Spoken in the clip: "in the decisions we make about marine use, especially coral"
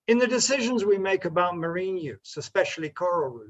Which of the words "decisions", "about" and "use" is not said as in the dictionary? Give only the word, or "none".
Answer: none